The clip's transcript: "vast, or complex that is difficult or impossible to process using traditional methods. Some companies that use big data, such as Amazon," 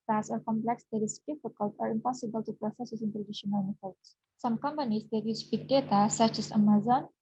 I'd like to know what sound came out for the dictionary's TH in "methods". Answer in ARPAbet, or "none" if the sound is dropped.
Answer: F